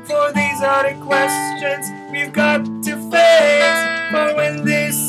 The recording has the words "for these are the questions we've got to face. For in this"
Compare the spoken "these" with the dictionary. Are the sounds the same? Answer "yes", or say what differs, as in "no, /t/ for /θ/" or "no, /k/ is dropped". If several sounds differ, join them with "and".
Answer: yes